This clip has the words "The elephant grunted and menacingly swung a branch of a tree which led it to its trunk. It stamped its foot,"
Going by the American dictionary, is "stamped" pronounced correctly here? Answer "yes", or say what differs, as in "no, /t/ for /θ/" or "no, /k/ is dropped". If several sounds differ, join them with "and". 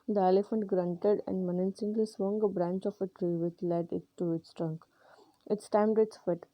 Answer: no, /p/ is dropped